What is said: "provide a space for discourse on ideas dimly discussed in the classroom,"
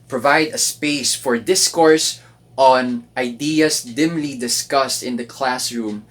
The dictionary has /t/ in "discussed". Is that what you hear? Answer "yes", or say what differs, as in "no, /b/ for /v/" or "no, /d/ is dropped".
yes